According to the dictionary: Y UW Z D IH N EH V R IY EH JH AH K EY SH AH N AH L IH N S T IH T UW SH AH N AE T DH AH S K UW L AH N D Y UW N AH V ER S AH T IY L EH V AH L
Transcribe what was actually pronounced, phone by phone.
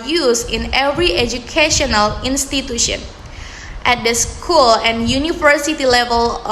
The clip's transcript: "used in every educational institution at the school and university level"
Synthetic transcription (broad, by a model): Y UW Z IH N EH V R IY EH JH AH K EY SH AH N AH L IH N S T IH T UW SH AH N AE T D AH S K UW L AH N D Y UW N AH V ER S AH T IY L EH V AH L